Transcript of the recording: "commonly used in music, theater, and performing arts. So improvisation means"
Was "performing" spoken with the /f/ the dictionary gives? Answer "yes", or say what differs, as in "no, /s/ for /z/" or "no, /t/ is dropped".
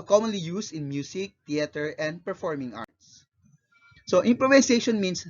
yes